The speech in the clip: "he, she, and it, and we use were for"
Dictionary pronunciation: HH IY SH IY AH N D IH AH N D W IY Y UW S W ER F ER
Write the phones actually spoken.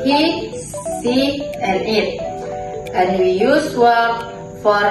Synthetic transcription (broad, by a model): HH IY S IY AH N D IH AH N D W IY Y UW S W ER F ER